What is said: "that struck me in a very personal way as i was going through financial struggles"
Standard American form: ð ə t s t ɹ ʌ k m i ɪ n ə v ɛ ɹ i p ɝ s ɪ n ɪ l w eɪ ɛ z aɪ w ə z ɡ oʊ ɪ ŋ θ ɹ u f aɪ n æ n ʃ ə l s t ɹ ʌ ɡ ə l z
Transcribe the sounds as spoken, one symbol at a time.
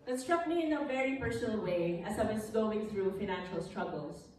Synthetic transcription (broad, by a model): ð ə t s t ɹ ʌ k m i ɪ n ə v ɛ ɹ i p ɝ s ɪ n ɪ l w eɪ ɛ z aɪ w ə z ɡ oʊ ɪ ŋ θ ɹ u f aɪ n æ n ʃ ə l s t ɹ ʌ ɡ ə l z